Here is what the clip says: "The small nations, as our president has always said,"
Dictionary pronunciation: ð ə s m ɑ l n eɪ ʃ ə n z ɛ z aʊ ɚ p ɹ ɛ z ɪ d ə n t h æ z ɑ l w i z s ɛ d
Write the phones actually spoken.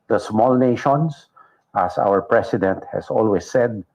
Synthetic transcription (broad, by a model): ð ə s m ɑ l n eɪ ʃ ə n s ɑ s aʊ ɚ p ɹ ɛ s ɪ d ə n t h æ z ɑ l w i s ɛ d